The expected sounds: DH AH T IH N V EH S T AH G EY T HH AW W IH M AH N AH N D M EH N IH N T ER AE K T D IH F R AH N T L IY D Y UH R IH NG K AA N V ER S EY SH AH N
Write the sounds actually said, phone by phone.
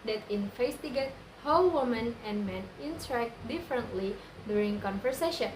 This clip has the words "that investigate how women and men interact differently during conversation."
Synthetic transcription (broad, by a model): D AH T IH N F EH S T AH G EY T HH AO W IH M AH N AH N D M EH N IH N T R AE K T D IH F R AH N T L IY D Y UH R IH NG K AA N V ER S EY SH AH N